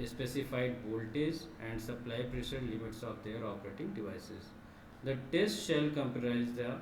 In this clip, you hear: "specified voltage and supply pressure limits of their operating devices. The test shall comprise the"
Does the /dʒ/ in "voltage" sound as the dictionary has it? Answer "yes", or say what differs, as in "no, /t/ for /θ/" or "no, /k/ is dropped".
no, /z/ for /dʒ/